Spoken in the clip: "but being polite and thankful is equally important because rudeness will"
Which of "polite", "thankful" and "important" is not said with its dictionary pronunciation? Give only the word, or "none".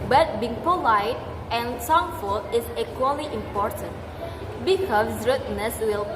thankful